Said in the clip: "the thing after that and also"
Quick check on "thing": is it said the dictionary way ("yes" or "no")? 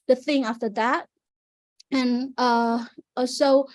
yes